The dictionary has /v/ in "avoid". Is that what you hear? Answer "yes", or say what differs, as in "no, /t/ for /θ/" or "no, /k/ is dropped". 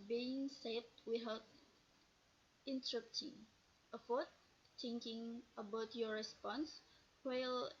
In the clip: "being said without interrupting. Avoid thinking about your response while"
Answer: no, /f/ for /v/